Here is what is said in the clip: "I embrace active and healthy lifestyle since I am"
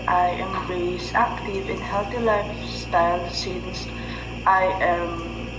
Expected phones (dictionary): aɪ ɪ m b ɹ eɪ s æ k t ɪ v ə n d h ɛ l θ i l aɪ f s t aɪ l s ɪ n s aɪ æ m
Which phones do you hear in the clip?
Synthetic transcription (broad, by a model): aɪ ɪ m ɹ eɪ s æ k t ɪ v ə n h ɛ l θ i l aɪ f s t aɪ l s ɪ n s aɪ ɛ m